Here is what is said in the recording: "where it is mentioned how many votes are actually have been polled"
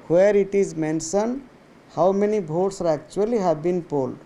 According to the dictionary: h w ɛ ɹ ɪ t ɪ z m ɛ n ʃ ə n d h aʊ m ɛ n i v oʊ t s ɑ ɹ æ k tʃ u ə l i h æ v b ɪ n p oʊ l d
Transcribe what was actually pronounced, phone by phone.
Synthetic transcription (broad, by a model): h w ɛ ɹ ɪ t ɪ z m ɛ n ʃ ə n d h aʊ m ɛ n i b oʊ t s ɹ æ k tʃ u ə l i h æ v b ɪ n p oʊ l d